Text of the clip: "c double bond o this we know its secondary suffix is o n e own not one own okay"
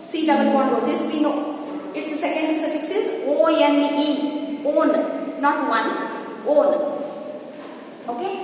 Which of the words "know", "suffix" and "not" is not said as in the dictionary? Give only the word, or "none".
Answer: none